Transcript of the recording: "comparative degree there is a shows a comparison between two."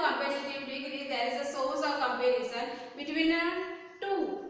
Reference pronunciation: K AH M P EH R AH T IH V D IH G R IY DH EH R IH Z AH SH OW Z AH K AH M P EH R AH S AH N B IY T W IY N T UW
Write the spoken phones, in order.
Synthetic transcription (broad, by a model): K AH M P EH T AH T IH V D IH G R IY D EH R IH Z AH S OW S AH K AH M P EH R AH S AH N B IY T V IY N T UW